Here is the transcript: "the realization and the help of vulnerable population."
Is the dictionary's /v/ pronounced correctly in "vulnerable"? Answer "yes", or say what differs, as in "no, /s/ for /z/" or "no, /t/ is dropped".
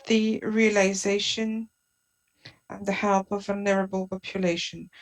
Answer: yes